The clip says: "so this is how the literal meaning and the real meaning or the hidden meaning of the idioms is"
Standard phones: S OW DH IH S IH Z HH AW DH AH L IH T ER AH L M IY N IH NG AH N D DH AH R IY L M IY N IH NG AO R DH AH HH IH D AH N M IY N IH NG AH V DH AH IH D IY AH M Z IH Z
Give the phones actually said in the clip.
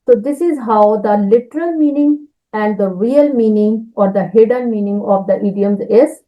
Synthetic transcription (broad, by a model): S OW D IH S IH Z HH AW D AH L IH T ER AH L M IY N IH NG AH N D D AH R IY L M IY N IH NG AO R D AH HH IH D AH L M IY N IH NG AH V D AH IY D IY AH M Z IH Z